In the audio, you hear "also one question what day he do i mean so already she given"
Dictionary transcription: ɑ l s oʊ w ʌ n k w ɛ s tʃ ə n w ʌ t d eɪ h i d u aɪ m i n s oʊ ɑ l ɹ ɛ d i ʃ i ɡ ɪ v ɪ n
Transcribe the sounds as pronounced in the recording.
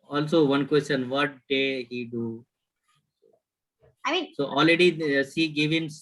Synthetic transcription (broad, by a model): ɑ l s oʊ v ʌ n k w ɛ s tʃ ə n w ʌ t d eɪ h i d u aɪ m i n s oʊ ɑ l ɹ ɛ d i s i ɡ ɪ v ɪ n